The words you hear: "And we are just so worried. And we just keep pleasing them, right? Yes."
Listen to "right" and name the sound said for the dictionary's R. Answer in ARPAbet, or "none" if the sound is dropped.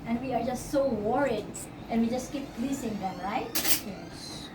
R